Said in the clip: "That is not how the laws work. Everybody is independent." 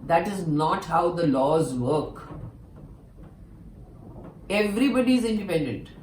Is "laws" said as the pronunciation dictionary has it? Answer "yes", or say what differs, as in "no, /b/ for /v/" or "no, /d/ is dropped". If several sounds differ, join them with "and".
yes